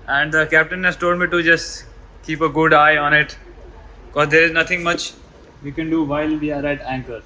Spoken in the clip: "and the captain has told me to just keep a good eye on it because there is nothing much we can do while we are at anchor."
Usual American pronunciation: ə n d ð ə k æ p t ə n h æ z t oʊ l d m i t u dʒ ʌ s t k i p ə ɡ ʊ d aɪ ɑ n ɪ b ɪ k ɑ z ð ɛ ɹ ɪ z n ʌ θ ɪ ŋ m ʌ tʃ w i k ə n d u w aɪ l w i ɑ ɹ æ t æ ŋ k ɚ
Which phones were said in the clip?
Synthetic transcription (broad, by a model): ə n d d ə k æ p t ə n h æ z t oʊ l d m i t u dʒ ʌ s t k i p ə ɡ ʊ d aɪ ɑ n ɪ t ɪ k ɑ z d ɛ ɹ ɪ z n ʌ t ɪ ŋ m ʌ tʃ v i k ə n d u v aɪ l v i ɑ ɹ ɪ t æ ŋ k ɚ